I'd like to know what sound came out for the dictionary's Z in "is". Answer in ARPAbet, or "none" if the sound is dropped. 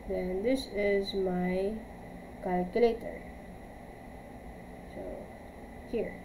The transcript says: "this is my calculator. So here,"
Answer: Z